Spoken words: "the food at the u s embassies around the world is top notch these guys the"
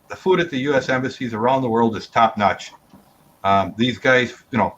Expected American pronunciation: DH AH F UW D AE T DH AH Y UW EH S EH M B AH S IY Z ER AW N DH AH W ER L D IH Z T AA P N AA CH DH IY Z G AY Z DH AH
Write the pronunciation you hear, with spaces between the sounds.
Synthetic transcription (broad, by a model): DH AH F UW D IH T DH AH Y UW EH S EH M B AH S IY Z ER AW N DH AH W ER L D IH Z T AA P N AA CH DH IY Z G AY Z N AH